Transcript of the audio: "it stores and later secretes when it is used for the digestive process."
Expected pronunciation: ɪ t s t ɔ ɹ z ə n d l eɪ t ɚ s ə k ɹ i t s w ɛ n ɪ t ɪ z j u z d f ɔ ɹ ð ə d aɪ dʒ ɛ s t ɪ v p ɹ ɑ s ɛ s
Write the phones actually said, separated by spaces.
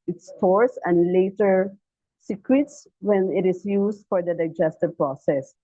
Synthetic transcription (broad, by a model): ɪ t s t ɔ ɹ s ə n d l eɪ t ɚ s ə k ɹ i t s w ɛ n ɪ t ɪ s j u s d f ɔ ɹ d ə d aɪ dʒ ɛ s t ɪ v p ɹ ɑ s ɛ s